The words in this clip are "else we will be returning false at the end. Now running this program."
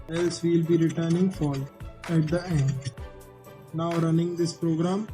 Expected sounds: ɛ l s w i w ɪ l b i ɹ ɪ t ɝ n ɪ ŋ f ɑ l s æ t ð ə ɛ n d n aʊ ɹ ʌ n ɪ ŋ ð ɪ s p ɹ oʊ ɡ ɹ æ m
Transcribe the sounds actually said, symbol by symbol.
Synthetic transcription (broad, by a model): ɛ l s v i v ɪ l b i ɹ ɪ t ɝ n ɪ ŋ f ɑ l æ t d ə ɛ n d n aʊ ɹ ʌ n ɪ ŋ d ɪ s p ɹ oʊ ɡ ɹ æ m